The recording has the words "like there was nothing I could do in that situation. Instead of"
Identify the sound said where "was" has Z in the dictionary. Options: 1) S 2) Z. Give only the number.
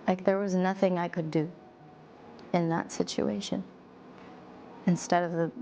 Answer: 2